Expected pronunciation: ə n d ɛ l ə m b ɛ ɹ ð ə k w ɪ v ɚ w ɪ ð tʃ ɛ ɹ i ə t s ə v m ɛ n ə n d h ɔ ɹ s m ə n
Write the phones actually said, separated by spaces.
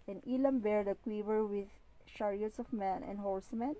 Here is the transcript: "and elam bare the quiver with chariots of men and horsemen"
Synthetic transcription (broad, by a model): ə n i l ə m b ɛ ɹ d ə k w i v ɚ w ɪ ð ʃ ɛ ɹ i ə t s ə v m ɛ n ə n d h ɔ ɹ s m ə n